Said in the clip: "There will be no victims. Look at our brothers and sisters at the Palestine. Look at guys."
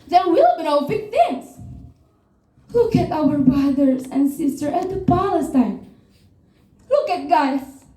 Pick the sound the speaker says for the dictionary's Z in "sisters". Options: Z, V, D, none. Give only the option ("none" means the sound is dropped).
none